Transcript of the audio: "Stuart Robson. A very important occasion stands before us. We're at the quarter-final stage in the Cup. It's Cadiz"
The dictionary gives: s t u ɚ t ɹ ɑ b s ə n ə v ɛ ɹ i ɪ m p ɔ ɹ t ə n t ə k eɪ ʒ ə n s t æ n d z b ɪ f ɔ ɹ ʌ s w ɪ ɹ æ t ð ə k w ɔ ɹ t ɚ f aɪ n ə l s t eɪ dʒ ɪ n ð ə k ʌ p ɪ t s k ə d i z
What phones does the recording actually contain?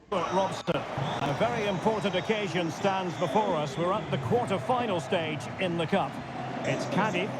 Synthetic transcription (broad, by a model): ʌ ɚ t ɹ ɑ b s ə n ə v ɛ ɹ i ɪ m p ɔ ɹ t n t ə k eɪ ʒ ə n s t æ n d z b ɪ f ɔ ɹ ʌ s w ɪ ɹ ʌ t ð ə k w ɔ ɹ t ɚ f aɪ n l s t eɪ dʒ ɪ n ð ə k ʌ p ɪ t s k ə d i